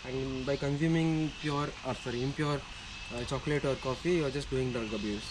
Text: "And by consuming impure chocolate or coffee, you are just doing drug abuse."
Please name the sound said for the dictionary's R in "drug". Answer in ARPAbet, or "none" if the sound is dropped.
none